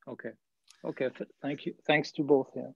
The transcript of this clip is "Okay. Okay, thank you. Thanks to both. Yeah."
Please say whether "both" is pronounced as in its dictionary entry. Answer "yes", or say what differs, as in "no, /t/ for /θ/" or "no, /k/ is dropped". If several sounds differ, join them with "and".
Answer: yes